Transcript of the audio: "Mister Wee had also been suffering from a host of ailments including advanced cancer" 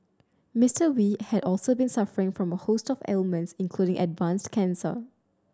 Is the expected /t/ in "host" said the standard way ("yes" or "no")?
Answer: yes